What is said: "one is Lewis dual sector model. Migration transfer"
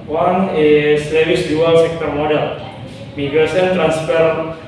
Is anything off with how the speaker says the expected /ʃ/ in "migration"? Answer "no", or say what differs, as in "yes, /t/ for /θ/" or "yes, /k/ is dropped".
yes, /s/ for /ʃ/